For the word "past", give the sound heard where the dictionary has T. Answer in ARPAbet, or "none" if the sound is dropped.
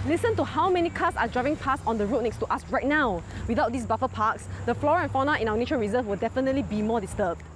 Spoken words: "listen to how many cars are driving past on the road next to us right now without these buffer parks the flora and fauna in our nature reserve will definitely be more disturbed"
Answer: none